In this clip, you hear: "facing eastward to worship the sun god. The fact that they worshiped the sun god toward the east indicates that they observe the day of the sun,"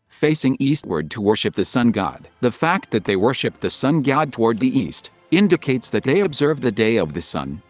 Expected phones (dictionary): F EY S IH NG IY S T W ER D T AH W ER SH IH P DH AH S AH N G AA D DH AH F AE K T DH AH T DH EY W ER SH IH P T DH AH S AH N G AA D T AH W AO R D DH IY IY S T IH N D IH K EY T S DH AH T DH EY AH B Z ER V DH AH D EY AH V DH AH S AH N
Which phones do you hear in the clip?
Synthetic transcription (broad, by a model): F EY S IH NG IY S T W ER D T AH W ER SH IH P DH AH S AH N G AA D DH AH F AE K T DH AH T DH EY W ER SH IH P DH AH S AH N G AA D T AH W AO R D DH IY IY S T IH N D IH K EY T S DH AH T DH EY AH B Z ER V DH AH D EY AH V DH AH S AH N